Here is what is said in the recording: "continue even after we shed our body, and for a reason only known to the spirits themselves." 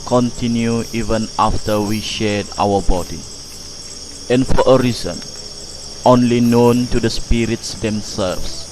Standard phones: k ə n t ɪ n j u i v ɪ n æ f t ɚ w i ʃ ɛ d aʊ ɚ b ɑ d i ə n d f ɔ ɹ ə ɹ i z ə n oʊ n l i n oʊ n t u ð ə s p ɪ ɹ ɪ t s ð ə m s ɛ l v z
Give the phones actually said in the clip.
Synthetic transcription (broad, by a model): k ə n t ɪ n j u i v ɪ n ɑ f t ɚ w i ʃ ɛ d aʊ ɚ b ɑ d i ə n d f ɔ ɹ ə ɹ i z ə n oʊ n l i n oʊ n t u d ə s p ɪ ɹ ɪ t s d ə m s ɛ l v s